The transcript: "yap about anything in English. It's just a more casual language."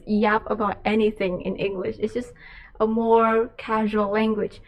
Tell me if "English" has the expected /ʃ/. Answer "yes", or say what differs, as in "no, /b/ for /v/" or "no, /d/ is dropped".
yes